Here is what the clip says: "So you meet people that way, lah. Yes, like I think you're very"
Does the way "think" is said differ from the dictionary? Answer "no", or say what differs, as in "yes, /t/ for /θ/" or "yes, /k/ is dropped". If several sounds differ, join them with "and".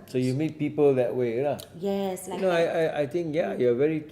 yes, /t/ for /θ/